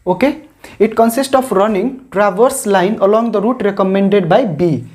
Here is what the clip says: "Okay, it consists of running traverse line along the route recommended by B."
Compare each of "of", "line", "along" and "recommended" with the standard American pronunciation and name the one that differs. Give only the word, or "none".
of